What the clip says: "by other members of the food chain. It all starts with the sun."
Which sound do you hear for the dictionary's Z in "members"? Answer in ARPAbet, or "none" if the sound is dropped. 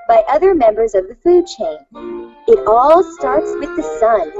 Z